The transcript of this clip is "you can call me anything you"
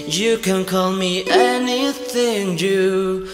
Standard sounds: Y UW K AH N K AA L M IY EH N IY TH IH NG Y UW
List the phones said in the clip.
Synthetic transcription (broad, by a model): Y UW K AH N K AA L M IY EH N IY TH IH NG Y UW